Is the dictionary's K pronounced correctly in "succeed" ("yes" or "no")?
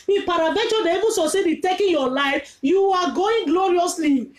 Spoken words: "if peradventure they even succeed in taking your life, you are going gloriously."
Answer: no